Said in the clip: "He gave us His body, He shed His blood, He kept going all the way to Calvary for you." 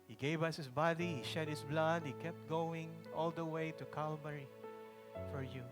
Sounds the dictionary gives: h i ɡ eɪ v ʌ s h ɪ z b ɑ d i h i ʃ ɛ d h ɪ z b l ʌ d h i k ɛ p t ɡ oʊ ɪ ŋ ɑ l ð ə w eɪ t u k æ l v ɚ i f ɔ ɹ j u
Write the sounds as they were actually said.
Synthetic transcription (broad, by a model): h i ɡ eɪ v ʌ s h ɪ s b ɑ d i h i ʃ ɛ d h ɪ s b l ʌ d h i k ɛ p t ɡ oʊ ɪ ŋ ɑ l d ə w eɪ t u k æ l b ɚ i f ɔ ɹ j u